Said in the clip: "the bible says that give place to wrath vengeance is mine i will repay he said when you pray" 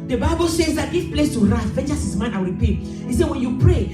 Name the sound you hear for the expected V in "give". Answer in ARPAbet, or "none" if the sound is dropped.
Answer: F